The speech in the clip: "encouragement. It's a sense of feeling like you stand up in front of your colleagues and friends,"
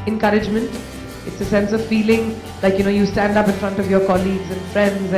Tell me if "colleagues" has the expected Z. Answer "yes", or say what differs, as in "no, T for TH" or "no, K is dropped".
yes